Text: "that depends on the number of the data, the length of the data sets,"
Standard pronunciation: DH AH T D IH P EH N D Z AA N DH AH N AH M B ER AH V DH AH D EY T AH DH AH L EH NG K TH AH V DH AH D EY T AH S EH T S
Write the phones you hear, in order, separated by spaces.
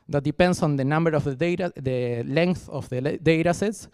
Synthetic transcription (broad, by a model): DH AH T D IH P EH N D S AA N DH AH N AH M B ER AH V DH AH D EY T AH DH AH L EH NG K TH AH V DH AH D EY T AH S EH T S